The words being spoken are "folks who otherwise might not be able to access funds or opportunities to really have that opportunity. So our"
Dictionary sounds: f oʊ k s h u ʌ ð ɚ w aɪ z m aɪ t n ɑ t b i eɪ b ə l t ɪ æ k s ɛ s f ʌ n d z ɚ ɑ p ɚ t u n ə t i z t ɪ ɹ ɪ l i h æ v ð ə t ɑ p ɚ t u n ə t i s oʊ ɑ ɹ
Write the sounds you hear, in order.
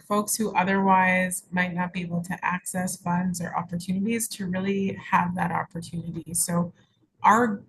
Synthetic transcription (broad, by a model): f oʊ k s h u ʌ ð ɚ w aɪ z m aɪ t n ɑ t b i eɪ b l t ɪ æ k s ɛ s f ʌ n d z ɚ ɑ p ɚ t u n ə t i z t ɪ ɹ ɪ l i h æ v ð ə t ɑ p ɚ t u n ə t i s oʊ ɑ ɹ